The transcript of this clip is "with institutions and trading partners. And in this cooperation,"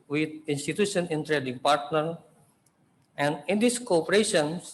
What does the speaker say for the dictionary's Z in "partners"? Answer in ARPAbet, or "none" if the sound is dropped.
none